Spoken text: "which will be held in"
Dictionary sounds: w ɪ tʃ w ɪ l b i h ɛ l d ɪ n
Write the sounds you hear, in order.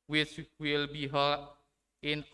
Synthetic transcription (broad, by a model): w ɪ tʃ w ɪ l b i h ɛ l ɪ n